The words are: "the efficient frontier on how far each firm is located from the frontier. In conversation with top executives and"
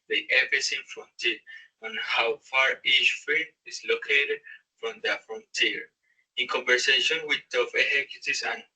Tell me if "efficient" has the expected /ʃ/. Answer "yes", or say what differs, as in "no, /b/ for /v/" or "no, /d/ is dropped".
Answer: no, /s/ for /ʃ/